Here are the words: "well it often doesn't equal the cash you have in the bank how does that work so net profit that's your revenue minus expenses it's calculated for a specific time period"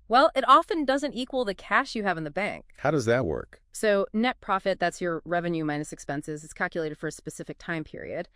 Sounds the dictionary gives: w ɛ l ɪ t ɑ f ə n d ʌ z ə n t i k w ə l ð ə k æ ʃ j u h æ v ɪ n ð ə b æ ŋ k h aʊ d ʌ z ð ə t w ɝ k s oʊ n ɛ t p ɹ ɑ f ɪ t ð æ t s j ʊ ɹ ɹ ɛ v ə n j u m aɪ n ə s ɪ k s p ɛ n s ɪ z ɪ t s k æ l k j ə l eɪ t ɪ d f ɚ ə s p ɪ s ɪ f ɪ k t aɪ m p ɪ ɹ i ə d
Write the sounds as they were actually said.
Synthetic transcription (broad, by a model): w ɛ l ɪ t ɑ f ə n d ʌ z ə n t i k w ə l ð ə k æ ʃ j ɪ v ɪ n ð ə b æ ŋ k h aʊ d ʌ z ð ə t w ɝ k s oʊ n ɛ t p ɹ ɑ f ɪ t ð æ t s j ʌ ɹ ɹ ɛ v ə n j u m aɪ n ə s ɪ k s p ɛ n s ɪ z ɪ t s k æ l k j ə l eɪ t ɪ d f ɚ ə s p ɪ s ɪ f ɪ k t aɪ m p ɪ ɹ i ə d